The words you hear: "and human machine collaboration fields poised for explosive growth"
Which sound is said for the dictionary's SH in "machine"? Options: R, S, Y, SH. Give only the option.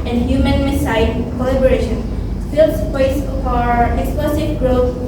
S